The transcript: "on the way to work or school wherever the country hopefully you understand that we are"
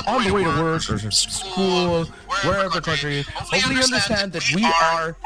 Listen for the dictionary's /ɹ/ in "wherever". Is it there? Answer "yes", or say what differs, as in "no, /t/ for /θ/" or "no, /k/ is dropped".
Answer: yes